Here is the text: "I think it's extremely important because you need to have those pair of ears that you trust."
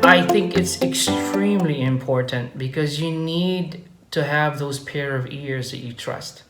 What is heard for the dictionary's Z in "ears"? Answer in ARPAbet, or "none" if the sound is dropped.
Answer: Z